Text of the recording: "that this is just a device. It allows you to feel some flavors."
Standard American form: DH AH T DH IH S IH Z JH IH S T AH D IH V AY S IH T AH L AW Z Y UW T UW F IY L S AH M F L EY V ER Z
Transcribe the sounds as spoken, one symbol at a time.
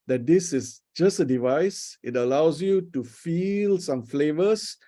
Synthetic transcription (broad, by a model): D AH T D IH S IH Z JH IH S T AH D IH V AY S IH T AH L AW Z Y UW T UW F IY L S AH M F L EY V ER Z